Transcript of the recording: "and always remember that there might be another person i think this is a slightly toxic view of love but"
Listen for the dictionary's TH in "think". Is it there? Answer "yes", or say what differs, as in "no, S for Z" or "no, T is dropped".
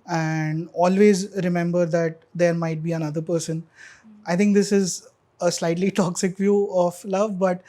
no, T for TH